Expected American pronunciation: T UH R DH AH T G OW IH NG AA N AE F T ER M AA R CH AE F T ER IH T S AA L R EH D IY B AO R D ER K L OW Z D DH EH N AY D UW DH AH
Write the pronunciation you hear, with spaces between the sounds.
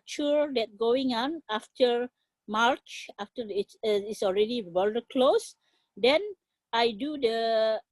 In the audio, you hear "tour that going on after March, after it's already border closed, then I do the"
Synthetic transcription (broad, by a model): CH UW R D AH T G OW IH NG AA N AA F T ER M AA R CH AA F T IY IH T S AA L R EH D IY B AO L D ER K L OW S D EH N AY D UW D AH